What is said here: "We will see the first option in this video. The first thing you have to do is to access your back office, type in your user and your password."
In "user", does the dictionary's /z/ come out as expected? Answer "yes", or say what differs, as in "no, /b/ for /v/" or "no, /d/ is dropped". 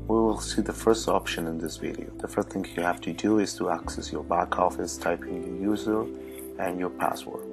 yes